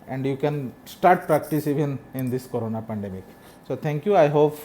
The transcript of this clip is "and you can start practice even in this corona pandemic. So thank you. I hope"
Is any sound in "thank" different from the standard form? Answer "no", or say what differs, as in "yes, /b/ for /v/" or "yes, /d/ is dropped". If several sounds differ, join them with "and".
yes, /t/ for /θ/